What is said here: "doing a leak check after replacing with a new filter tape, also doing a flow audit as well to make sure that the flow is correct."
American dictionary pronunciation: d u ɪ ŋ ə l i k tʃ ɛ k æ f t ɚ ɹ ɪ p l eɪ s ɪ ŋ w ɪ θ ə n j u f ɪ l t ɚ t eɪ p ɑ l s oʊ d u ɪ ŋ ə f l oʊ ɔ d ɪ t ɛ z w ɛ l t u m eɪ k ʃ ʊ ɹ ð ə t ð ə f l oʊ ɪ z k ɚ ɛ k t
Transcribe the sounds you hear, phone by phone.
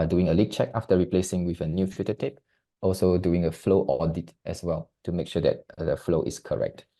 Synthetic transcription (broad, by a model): d u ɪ ŋ ə l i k tʃ ɛ k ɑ f t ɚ ɹ ɪ p l eɪ s ɪ ŋ w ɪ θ ə n j u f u t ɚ t eɪ p ɑ l s oʊ d u ɪ ŋ ə f l oʊ ɔ d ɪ t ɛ s w ɛ l t u m eɪ k ʃ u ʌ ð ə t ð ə f l oʊ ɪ s k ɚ ɛ k t